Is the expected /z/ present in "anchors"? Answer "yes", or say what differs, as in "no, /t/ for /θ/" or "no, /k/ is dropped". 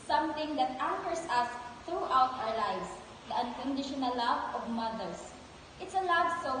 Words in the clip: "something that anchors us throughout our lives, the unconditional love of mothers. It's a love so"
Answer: no, /s/ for /z/